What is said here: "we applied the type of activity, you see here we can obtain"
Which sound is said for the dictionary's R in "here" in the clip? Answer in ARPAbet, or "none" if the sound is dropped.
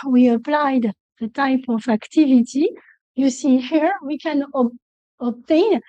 R